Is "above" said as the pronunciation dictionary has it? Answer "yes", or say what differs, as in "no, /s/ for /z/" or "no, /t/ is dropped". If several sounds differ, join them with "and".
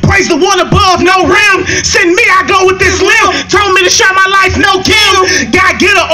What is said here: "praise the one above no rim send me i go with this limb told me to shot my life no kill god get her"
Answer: yes